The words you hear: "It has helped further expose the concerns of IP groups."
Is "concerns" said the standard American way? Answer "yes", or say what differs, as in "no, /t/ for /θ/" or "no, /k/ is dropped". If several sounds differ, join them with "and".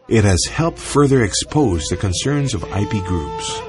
yes